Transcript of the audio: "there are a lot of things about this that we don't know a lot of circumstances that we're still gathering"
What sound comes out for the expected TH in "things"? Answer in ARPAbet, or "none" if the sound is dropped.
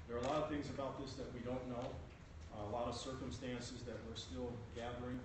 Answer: TH